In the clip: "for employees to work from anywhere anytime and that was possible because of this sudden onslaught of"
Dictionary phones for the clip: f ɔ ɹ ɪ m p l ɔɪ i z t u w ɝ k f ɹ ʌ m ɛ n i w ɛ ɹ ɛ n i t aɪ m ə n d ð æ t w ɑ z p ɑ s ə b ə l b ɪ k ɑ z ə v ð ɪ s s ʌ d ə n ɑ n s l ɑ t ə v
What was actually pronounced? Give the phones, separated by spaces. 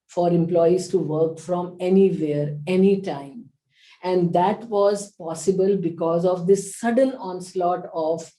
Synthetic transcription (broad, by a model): f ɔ ɹ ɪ m p l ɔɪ i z t u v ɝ k f ɹ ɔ m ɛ n i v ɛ ɹ ɛ n i t aɪ m ə n d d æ t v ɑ z p ɑ s ə b ə l b ɪ k ɑ z ə v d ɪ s s ʌ d ə n ɑ n s l ɑ t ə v